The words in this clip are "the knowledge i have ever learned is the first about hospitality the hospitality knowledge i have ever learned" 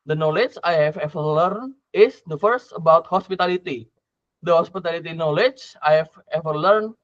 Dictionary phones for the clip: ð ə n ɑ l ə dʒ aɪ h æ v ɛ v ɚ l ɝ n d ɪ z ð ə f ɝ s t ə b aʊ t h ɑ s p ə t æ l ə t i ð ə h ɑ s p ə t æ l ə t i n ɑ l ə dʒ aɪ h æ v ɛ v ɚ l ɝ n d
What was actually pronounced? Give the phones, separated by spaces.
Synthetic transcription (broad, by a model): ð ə n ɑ l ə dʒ aɪ h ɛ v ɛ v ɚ l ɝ n ɪ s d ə f ɝ s t ə b aʊ t h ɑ s p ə t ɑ l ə t i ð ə h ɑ s p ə t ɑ l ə t i n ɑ l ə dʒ aɪ h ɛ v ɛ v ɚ l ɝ n